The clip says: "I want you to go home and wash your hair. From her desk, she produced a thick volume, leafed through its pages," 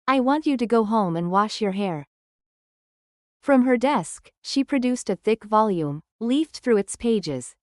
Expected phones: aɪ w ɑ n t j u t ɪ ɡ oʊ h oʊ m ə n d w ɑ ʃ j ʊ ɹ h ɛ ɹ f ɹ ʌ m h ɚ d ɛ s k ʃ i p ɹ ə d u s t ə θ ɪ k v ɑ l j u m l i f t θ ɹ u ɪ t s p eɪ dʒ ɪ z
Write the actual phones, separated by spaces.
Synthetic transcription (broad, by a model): aɪ w ɑ n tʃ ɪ t ɪ ɡ oʊ h oʊ m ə n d w ɑ ʃ j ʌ ɹ h ɛ ɹ f ɹ ʌ m ɚ d ɛ s k ʃ i p ɹ ə d u s t ə θ ɪ k v ɑ l j u m l i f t θ ɹ u ɪ t s p eɪ dʒ ɪ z